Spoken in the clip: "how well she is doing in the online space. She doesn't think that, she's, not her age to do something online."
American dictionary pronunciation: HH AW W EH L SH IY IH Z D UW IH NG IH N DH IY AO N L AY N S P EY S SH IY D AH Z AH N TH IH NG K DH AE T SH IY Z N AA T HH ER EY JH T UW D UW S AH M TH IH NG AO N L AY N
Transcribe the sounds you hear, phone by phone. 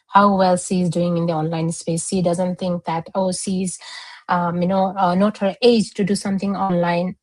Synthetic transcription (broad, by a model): HH AW W EH L SH IY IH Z D UW IH NG IH N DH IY AO N L AY N S P EY S SH IY D AH Z AH N T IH NG K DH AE T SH IY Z N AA T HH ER EY JH T UW D UW S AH M T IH NG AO N L AY N